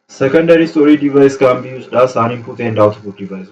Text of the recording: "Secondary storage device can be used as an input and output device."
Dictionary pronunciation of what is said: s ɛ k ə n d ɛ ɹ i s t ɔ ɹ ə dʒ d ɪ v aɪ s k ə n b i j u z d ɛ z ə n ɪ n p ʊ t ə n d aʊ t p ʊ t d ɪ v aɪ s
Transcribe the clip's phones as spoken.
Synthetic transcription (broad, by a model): s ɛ k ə n d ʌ ɹ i s t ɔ ɹ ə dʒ d ɪ v aɪ s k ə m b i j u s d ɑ s ə n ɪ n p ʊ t ə n d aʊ t b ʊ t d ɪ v aɪ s